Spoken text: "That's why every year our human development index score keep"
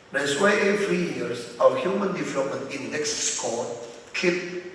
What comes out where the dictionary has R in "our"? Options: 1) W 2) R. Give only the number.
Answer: 1